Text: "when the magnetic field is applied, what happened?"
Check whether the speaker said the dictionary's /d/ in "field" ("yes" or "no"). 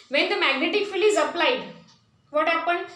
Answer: no